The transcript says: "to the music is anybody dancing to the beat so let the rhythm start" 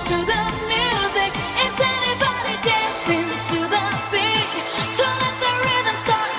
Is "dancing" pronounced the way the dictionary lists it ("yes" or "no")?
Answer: no